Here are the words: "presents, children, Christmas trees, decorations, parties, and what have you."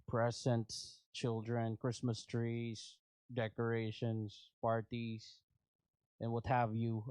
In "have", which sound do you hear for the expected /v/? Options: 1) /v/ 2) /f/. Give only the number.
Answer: 1